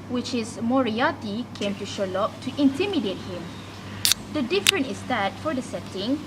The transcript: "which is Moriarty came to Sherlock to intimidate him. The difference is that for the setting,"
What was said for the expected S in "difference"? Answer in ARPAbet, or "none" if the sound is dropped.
none